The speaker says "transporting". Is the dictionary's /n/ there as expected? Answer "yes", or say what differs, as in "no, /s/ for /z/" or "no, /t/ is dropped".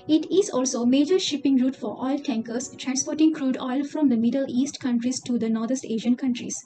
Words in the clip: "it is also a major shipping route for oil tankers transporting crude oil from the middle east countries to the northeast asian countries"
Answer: yes